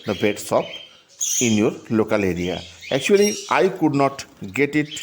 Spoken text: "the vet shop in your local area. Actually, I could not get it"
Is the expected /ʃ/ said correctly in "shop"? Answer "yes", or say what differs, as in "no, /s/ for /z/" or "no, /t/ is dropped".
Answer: no, /s/ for /ʃ/